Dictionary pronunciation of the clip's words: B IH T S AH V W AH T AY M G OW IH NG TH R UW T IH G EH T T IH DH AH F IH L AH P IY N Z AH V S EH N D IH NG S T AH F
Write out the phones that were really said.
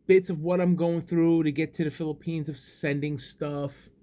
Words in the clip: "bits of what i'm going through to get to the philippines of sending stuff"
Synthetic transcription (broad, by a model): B IH T S AH V W AH T AY M G OW IH NG TH R UW T IH G EH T T IH DH AH F IH L AH P IY N Z AH V S EH N D IH NG S T AH F